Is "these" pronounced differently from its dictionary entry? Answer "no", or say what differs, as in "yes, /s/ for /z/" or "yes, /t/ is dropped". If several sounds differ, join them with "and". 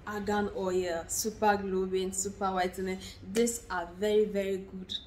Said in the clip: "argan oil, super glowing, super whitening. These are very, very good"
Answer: yes, /s/ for /z/